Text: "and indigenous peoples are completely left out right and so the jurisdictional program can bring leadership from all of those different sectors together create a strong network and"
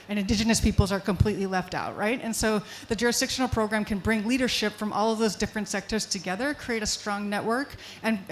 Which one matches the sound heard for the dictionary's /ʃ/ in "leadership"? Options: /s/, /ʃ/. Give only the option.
/ʃ/